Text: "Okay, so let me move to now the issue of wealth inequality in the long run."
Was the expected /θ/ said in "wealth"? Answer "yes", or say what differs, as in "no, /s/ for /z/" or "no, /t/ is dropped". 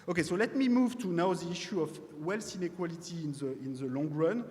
no, /s/ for /θ/